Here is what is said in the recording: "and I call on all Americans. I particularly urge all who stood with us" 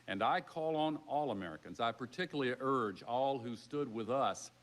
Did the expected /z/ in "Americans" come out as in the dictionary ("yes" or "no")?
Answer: yes